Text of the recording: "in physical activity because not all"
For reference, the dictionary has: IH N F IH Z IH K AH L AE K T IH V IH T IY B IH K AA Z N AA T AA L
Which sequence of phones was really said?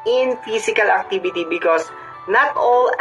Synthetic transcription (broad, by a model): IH N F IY S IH K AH L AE K T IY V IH T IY B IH K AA S N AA T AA L